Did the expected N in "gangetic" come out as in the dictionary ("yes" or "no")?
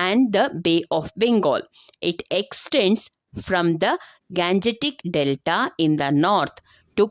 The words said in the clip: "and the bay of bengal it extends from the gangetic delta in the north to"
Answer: yes